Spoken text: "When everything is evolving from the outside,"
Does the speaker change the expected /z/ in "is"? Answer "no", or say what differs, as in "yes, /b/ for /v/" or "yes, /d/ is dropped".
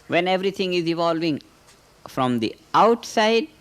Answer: no